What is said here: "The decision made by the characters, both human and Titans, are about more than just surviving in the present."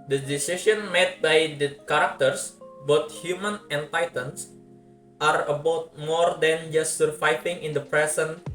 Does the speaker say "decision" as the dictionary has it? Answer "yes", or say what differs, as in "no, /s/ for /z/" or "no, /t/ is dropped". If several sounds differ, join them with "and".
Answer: no, /ʃ/ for /ʒ/